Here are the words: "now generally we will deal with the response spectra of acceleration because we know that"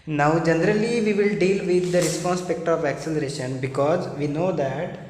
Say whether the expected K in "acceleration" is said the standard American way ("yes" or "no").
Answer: yes